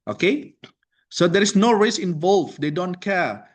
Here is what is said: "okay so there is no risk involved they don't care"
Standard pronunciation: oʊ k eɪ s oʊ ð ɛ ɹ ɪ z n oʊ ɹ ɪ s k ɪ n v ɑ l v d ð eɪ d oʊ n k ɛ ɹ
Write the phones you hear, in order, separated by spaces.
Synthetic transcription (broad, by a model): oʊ k eɪ s oʊ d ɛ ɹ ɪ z n oʊ ɹ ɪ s ɪ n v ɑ l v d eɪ d oʊ n k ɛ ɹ